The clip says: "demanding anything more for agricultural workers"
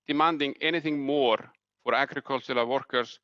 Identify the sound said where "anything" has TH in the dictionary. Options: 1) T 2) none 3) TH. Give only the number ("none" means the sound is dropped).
3